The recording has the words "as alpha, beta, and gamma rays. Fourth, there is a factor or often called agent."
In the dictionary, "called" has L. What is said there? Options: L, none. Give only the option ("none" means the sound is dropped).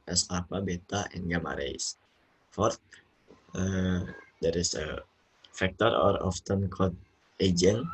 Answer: none